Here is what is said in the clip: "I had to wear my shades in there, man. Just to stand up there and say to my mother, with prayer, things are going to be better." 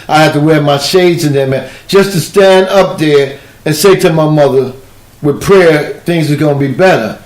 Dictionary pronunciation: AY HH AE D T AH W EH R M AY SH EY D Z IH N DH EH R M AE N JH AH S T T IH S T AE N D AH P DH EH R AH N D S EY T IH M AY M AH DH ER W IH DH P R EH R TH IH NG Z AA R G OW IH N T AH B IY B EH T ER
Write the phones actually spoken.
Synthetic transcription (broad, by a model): AY HH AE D T AH W EH R M AY SH EY D Z IH N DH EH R M AE N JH AH S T T IH S T AE N D AH P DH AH R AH N S EY T IH M AY M AH DH ER W IH DH P R EH R TH IH NG Z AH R G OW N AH B IY B EH T ER